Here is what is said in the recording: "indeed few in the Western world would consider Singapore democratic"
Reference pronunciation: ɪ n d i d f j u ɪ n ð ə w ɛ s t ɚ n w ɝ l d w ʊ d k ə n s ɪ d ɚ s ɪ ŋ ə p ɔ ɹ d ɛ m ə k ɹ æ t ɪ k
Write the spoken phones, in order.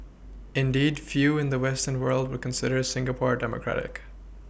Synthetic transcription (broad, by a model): ɪ n d i d f j u ɪ n ð ə w ɛ s t ɚ n w ɝ l d w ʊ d k ə n s ɪ d ɚ s ɪ ŋ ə p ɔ ɹ d ɛ m ə k ɹ æ t ɪ k